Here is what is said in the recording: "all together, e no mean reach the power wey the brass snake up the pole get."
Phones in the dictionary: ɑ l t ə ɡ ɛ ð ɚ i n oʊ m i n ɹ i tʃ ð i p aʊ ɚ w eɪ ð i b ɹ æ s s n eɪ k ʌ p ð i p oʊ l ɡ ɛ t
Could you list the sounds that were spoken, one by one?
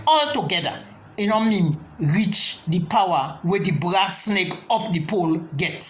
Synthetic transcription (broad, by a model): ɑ l t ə ɡ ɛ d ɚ i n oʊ m i n ɹ i tʃ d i p aʊ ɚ w eɪ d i b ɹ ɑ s s n eɪ k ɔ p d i p oʊ l ɡ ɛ t